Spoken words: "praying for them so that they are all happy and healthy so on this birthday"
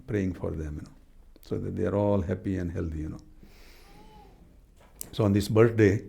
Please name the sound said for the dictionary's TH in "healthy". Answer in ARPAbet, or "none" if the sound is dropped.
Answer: T